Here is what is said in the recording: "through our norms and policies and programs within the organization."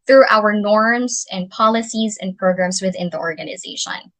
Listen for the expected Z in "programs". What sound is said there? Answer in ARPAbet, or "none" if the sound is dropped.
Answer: Z